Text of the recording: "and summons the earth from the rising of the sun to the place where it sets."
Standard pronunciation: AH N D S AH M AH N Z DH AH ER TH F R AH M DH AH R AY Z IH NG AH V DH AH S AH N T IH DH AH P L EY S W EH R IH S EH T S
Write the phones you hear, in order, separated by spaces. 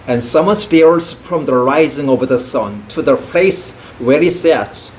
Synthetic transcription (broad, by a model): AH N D S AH M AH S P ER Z F R AH M DH AH R AY Z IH NG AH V DH AH S AH N T IH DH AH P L EY S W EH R IH S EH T